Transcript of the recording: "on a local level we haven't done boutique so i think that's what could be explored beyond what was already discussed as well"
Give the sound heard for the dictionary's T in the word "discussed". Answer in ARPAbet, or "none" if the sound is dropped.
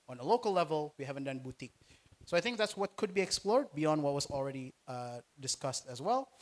T